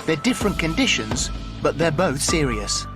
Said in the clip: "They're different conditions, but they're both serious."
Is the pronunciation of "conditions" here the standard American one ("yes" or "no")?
yes